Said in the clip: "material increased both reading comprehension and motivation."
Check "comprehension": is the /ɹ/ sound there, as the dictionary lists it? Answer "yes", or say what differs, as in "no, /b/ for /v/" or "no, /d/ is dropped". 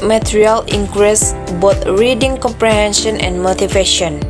yes